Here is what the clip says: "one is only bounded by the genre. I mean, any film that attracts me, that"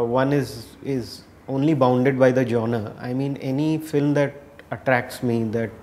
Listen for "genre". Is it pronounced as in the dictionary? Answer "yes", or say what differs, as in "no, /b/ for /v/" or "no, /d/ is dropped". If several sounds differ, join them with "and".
no, /ɹ/ is dropped